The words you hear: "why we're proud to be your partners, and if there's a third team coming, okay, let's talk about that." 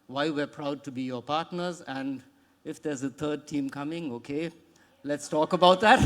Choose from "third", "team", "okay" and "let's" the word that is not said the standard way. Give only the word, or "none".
third